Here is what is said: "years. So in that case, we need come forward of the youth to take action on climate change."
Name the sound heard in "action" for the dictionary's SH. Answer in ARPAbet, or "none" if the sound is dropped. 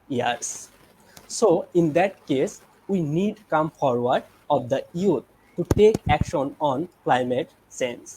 SH